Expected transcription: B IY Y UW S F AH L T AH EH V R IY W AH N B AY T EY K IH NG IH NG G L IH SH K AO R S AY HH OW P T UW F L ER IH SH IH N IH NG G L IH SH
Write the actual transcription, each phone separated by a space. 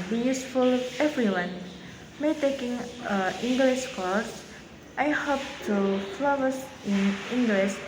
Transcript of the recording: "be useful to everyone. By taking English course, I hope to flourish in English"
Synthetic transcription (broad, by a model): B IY Y UW S F AH L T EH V R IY W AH N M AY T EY K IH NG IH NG G L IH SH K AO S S AY HH OW P T UW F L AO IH S IH N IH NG G L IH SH